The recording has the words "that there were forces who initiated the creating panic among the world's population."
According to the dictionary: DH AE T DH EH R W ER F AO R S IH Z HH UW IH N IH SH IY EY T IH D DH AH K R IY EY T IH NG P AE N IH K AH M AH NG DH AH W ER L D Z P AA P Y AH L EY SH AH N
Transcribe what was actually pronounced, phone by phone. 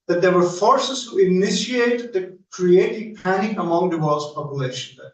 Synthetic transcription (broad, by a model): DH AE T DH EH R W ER F AO R S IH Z HH UW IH N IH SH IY EY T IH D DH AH K R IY EY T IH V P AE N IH AH M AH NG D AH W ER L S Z P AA P Y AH L EY SH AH N